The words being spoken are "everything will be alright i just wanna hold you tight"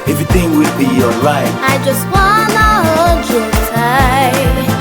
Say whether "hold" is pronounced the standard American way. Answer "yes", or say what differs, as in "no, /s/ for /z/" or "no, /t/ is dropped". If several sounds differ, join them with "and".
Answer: no, /l/ is dropped